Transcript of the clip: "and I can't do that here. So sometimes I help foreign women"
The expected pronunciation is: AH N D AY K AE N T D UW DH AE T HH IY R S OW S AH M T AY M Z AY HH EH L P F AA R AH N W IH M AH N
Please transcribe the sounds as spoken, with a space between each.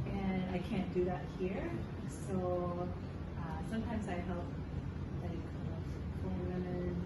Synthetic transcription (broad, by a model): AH N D AY K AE N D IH DH AE T HH IY R S OW S AH M T AY M Z AY HH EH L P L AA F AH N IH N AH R